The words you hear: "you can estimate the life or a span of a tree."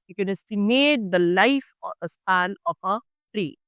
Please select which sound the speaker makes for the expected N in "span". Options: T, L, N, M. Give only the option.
L